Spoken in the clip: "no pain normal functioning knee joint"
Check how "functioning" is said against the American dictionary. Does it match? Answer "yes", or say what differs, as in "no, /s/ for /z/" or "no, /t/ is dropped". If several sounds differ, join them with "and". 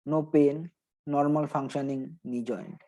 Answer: no, /k/ is dropped